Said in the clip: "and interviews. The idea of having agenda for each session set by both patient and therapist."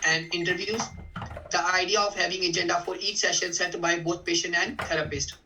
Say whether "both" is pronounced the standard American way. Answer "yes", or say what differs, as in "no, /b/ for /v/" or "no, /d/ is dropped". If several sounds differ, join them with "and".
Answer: no, /t/ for /θ/